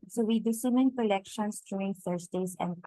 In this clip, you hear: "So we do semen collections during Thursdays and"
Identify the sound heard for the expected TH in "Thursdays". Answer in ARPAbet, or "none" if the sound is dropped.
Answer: F